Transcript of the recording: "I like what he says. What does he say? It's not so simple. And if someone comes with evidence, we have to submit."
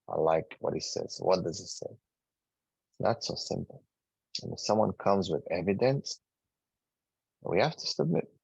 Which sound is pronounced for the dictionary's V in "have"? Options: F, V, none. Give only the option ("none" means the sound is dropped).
F